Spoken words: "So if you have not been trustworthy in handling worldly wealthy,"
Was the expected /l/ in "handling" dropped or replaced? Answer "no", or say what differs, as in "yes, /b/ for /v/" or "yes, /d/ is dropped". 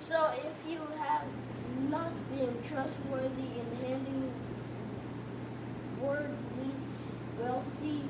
yes, /l/ is dropped